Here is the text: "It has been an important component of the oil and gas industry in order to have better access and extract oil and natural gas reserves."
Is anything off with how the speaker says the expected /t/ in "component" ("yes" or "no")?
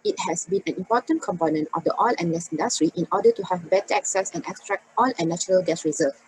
no